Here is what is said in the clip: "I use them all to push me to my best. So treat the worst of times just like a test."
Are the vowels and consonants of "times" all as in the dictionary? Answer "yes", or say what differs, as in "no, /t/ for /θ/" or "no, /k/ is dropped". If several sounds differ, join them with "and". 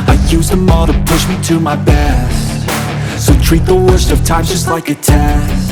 no, /z/ is dropped